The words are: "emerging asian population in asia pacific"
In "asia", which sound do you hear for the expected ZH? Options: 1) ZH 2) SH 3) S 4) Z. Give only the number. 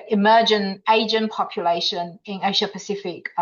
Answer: 2